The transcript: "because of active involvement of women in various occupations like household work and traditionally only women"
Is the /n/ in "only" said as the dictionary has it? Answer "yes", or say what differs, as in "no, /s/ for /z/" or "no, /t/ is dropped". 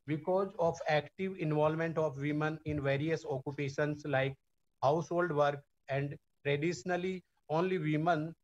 yes